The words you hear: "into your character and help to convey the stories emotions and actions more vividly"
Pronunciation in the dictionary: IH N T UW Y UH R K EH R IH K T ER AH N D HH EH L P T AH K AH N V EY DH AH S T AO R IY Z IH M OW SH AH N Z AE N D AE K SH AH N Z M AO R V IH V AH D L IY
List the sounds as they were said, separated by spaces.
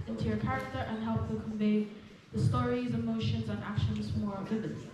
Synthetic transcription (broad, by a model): IH N T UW Y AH R K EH R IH K T ER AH N HH EH L P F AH K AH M V EY DH AH S T AO R IY Z IH M OW SH AH N Z N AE K SH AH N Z M AO R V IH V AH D